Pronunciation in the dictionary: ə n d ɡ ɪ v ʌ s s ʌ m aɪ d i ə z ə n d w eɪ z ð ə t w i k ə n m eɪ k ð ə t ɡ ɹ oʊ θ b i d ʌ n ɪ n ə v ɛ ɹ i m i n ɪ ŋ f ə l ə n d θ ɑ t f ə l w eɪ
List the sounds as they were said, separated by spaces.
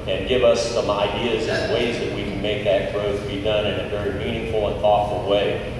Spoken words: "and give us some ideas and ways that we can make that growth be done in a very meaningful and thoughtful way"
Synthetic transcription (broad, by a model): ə n ɡ ɪ v ʌ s s ʌ m aɪ d i ə z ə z w eɪ z ð ə t w i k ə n m eɪ k ð ə t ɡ ɹ oʊ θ b i d ʌ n ɪ n ə v ɛ ɹ i m i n ɪ ŋ f l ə n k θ ɑ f l w eɪ